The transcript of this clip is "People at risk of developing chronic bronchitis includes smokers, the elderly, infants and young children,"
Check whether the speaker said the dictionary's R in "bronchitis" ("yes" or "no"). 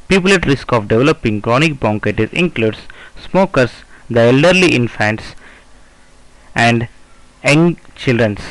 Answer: no